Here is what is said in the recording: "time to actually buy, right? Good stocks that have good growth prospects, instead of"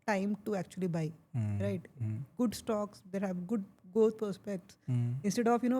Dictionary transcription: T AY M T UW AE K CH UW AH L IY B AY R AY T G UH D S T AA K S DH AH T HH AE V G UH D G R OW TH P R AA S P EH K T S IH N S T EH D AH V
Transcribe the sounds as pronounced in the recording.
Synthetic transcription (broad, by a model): T AY M T UW AE K CH UW AH L IY B AY R AY T G UH D S T AA K S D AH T HH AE V G UH D G OW T P R S P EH K T S IH N S T EH D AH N